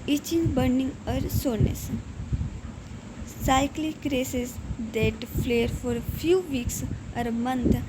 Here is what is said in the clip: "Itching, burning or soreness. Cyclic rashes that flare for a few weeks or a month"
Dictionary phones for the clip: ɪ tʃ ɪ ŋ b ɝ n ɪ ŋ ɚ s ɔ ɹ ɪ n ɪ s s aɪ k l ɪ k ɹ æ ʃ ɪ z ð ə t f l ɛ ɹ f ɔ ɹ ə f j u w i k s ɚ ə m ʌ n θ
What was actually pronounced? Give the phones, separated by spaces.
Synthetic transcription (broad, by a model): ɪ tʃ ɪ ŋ b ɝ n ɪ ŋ ɚ s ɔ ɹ n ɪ s s aɪ k l ɪ k ɹ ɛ s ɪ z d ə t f l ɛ ɹ f ɔ ɹ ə f j u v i k s ɚ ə m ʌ n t